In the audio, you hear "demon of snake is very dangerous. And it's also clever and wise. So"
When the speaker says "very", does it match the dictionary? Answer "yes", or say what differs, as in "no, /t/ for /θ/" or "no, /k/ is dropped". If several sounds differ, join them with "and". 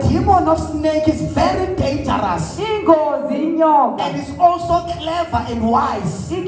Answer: yes